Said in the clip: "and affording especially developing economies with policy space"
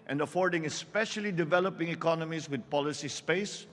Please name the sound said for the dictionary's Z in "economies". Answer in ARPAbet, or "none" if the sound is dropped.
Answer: S